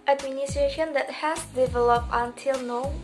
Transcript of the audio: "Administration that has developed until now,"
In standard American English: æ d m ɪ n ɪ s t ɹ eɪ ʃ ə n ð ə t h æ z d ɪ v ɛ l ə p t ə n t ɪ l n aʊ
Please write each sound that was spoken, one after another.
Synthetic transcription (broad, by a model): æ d m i n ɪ s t ɹ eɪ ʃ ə n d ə t h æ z d ɪ v ɛ l ə p t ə n t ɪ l n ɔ